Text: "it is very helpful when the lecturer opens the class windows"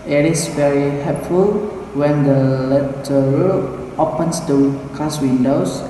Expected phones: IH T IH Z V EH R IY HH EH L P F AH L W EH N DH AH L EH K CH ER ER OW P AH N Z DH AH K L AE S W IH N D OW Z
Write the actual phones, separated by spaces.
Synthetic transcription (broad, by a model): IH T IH S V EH R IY HH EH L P F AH L W EH N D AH L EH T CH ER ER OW P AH N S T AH K AA S W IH N D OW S